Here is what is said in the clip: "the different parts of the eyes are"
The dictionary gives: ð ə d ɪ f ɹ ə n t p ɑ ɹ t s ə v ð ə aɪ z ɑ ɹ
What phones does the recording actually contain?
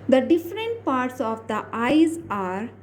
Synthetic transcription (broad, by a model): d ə d ɪ f ɹ ə n t p ɑ ɹ t s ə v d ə aɪ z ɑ ɹ